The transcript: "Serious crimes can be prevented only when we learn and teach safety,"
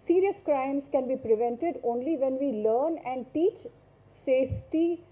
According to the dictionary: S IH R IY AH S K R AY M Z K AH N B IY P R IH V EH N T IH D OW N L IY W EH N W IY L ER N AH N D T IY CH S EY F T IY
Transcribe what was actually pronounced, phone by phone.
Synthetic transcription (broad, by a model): S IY R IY AH S K R AY M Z K AH N B IY P R IH V EH N T IH D OW N L IY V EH N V IY L ER N AH N D T IY CH S EY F T IY